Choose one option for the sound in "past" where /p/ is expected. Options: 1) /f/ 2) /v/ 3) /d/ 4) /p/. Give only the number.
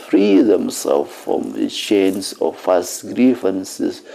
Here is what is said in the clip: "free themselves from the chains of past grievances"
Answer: 1